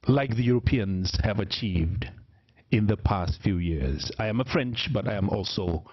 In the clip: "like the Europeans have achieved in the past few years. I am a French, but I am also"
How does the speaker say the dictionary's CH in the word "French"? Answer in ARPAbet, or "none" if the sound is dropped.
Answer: CH